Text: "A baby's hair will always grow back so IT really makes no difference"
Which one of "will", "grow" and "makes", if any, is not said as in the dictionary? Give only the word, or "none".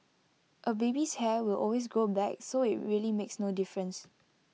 none